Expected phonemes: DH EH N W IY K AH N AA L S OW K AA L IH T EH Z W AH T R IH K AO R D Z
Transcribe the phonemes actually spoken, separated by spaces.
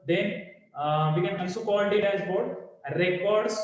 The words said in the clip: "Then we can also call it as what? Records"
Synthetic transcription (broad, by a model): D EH N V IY K AH N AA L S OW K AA N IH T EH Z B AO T R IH K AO R D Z